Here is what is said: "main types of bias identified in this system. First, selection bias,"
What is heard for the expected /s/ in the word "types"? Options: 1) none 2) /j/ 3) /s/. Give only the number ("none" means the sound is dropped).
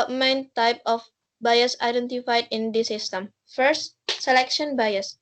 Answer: 1